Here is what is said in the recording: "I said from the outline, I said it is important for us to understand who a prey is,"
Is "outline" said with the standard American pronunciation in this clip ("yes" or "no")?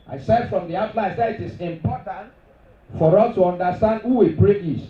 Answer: no